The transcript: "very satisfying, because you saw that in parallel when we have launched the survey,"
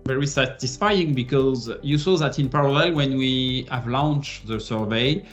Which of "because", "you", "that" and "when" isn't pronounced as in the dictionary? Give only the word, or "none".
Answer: none